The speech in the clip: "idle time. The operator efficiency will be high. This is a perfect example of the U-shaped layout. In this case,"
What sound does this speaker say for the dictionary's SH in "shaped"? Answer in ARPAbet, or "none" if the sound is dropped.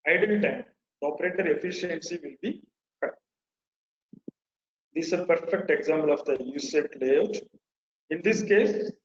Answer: S